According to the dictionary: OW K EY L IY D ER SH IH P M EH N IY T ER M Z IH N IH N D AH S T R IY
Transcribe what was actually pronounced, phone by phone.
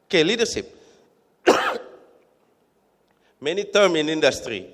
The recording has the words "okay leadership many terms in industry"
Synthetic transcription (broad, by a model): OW K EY L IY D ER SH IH P M EH N IY T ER M IH N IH N D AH S T R IY